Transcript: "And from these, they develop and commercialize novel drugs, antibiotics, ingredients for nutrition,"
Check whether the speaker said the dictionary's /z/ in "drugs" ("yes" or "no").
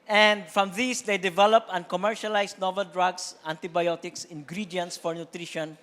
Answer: no